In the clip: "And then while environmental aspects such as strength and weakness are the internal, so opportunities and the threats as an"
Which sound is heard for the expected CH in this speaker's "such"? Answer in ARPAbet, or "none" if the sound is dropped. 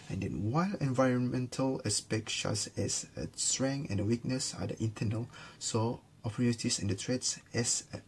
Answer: S